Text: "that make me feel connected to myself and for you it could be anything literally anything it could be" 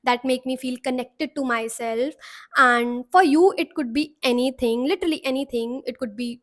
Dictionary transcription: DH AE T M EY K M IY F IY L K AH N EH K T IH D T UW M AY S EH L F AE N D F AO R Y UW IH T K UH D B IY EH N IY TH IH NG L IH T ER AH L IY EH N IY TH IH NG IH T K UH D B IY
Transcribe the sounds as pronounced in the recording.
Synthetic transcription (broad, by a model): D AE T M EY K M IY F IY L K AH N EH K T IH D T UW M AY S EH L F AE N D F AO R Y UW IH T K UH D B IY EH N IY T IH NG L IH T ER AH L IY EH N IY T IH NG IH T K UH D B IY